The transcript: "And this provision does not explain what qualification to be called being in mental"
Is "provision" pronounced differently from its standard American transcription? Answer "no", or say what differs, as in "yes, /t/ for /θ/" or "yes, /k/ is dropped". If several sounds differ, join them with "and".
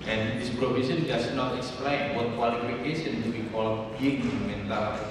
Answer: yes, /s/ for /ʒ/